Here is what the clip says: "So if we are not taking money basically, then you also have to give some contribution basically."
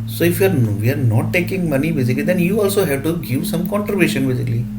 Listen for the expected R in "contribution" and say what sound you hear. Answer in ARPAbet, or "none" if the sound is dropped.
none